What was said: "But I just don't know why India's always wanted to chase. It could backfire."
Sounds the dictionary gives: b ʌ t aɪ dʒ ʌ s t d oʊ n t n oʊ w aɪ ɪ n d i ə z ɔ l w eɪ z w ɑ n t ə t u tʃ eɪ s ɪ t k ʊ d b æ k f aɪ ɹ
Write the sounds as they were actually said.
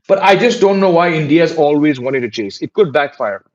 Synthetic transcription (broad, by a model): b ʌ t aɪ dʒ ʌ s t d oʊ n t n oʊ w aɪ ɪ n d i ə z ɔ l w eɪ z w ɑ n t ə t u tʃ eɪ s ɪ t k ʊ d b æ k f aɪ ɹ